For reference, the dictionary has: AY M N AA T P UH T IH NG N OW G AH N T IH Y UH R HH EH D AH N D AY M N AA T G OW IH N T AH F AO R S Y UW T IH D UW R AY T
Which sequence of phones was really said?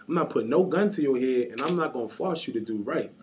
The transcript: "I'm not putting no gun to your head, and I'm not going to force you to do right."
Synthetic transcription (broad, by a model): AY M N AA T P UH T N OW G AH N T IH Y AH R HH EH AH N AY M N AA T G OW IH N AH F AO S Y UW T IH D UW R AY T